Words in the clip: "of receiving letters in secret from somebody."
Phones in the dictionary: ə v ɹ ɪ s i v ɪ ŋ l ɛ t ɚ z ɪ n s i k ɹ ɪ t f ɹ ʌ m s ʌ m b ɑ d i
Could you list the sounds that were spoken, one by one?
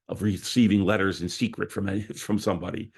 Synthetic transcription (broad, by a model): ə v ɹ ɪ s i v ɪ ŋ l ɛ t ɚ z ɪ n s i k ɹ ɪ t f ɹ ʌ m s ʌ m b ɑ d i